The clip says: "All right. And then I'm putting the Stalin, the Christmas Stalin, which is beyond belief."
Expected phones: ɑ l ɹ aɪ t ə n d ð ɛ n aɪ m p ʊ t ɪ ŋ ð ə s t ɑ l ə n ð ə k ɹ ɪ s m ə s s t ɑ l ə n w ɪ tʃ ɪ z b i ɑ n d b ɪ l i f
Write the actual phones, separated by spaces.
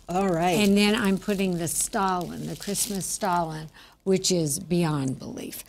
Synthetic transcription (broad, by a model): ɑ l ɹ aɪ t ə n ð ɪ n aɪ m p ʊ t ɪ ŋ ð ə s t ɑ l ə n ð ə k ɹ ɪ s m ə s s t ɑ l ə n w ɪ tʃ ɪ z b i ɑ n b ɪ l i f